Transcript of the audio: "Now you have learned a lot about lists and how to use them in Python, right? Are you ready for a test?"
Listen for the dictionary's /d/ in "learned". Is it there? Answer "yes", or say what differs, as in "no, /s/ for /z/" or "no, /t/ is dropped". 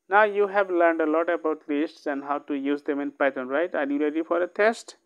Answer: yes